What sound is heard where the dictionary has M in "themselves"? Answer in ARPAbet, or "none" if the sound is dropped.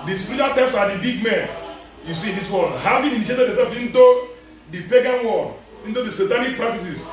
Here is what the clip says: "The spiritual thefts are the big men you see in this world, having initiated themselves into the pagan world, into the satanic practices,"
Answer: none